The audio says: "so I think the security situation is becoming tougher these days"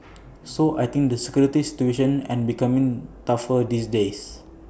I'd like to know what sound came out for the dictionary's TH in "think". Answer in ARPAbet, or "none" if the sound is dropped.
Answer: T